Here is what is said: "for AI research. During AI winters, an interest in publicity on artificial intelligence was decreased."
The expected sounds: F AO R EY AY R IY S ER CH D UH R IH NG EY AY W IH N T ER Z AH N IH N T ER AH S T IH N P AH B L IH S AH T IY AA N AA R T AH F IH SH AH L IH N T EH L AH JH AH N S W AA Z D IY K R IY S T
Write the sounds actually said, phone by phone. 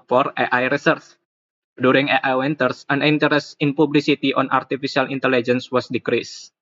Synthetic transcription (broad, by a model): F AO R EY AY R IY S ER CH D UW R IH NG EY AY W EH N T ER S AH N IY N T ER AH S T IH N P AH B L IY S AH T IY AA N AA R T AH F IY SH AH L IH N T EH L AH JH AH N S W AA S D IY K R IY S